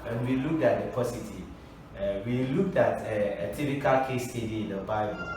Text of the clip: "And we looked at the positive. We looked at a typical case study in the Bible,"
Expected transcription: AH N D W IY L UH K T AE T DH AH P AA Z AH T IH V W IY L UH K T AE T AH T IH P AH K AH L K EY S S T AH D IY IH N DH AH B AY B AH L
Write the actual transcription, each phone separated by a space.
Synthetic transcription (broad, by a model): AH N W IY L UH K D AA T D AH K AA S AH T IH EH W IY L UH K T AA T AH T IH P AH K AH L K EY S S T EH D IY IH N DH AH B AY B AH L